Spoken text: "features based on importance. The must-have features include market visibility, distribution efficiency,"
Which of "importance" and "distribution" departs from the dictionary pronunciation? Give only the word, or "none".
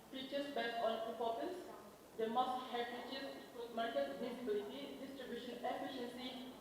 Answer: importance